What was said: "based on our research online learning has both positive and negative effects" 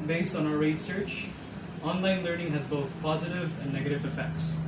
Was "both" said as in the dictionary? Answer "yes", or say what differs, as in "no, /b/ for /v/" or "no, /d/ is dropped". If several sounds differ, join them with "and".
yes